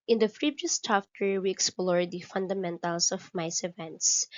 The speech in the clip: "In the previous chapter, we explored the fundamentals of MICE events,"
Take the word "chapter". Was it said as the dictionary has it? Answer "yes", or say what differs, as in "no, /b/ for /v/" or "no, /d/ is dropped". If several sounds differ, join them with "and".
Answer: no, /f/ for /p/